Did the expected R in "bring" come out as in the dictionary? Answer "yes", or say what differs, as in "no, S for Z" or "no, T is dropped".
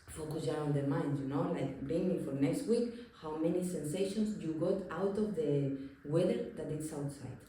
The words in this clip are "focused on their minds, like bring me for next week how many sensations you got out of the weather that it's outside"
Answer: no, R is dropped